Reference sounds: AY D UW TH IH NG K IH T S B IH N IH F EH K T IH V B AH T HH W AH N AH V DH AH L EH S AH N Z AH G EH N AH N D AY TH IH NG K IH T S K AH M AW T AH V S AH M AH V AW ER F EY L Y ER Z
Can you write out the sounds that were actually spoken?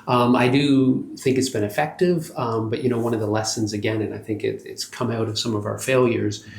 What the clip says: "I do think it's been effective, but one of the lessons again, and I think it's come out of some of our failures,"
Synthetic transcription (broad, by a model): AY D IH TH IH NG K IH T S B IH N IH F EH K T IH V B AH T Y W AH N AH V DH AH L EH S AH N Z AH G EH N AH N AY TH IH NG K IH T S K AH M AW T AH V S AH M AH V AW ER F EY L Y ER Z